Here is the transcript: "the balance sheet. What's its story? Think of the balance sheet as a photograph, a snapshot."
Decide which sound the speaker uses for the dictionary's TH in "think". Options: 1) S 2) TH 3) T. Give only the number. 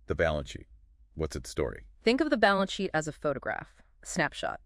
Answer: 2